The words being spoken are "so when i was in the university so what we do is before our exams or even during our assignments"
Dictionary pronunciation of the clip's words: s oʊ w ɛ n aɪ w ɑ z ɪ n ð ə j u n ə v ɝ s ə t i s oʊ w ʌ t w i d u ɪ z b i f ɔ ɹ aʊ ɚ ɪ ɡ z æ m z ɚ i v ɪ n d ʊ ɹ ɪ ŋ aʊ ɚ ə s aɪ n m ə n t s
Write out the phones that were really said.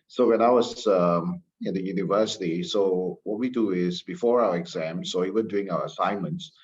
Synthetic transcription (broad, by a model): s oʊ w ɛ n aɪ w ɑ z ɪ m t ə j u n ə v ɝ s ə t i s oʊ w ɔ t w i d u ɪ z b i f ɔ ɹ aʊ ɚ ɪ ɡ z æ m s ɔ i v ɪ n d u ɪ ŋ aʊ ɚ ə s aɪ n m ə n t s